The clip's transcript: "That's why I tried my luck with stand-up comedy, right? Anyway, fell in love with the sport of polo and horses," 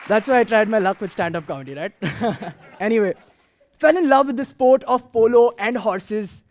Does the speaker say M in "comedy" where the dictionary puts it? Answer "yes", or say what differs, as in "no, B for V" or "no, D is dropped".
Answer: no, M is dropped